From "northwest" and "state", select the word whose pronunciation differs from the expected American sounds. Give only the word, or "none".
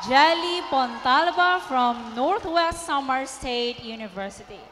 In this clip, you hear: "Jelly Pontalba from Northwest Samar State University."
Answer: northwest